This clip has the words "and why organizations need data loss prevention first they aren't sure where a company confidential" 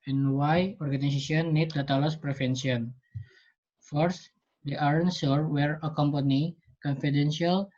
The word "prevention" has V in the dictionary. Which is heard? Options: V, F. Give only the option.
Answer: F